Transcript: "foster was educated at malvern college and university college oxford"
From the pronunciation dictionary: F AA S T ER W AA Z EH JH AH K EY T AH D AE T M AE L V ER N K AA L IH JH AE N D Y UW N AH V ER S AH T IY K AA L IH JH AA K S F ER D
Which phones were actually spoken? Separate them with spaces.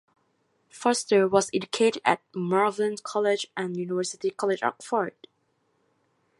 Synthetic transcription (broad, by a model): F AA S T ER W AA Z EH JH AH K EY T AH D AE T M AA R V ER N K AA L IH JH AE N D Y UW N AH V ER S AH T IY K AA L IH JH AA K F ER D